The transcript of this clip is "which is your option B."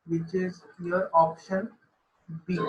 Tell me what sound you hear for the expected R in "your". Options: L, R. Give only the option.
R